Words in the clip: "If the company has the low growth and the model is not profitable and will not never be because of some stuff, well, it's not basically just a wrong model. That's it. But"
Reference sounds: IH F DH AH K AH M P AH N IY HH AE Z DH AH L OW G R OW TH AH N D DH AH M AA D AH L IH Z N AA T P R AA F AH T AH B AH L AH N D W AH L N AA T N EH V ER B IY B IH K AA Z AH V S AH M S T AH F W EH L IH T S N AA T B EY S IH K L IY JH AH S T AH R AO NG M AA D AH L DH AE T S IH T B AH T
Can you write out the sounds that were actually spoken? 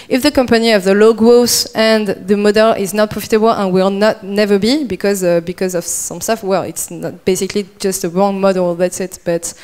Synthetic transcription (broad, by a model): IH F DH AH K AH M P AH N IY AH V DH AH L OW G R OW S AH N DH AH M AA D AH L IH Z N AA T P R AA F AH T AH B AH L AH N W AH L N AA T N EH V ER B IY B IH K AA Z AH V S AH M S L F W EH L IH T S N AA T B EY S IH K L IY JH AH S T AH R AO NG M AA D AH L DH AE T S IH T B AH T